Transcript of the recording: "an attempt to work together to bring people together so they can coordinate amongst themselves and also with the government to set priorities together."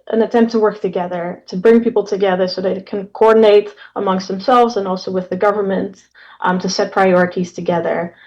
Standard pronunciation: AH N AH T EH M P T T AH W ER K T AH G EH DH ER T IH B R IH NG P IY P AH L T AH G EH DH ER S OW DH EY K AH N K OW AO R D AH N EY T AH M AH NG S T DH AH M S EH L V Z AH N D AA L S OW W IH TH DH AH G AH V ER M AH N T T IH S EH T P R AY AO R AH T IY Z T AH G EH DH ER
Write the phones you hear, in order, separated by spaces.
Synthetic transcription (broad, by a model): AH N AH T EH M P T T AH W ER K T AH G EH DH ER T IH B R IH NG P IY P L T AH G EH DH ER S OW DH EY K AH N K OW AO R D N EY T AH M AH NG S T DH AH M S EH L V Z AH N AA L S OW W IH DH AH G AH V ER M AH N T T IH S EH T P R AY AO R AH T IY Z T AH G EH DH ER